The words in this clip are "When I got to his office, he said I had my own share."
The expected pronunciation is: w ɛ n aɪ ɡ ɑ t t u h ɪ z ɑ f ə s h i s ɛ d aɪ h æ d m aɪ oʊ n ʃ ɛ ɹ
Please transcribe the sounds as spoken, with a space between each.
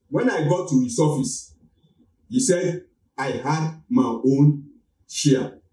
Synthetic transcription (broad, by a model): w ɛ n aɪ ɡ ɑ t t u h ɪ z ɑ f ə s h i s ɛ d aɪ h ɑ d m aɪ oʊ n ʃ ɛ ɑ